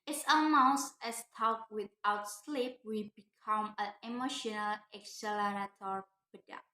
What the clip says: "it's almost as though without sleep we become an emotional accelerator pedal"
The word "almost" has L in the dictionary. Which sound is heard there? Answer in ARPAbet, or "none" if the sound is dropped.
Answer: none